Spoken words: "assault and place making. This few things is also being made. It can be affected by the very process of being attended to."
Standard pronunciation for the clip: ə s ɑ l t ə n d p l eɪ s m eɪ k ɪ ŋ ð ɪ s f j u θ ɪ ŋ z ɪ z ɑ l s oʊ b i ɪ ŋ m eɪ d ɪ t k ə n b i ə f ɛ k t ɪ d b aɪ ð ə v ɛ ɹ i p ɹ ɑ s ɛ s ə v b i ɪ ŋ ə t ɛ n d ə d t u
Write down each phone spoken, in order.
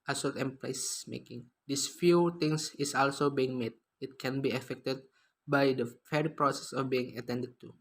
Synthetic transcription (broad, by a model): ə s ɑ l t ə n p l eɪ s m eɪ k ɪ ŋ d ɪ s f j u t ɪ ŋ s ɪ s ɑ l s oʊ b i ɪ ŋ m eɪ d ɪ t k ə n b i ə f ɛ k t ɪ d b aɪ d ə f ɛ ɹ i p ɹ ɑ s ɛ s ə f b i ɪ ŋ ə t ɛ n d ə d t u